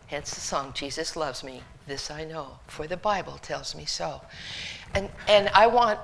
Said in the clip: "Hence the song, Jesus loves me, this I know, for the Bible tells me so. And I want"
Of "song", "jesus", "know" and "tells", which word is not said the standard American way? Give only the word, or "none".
none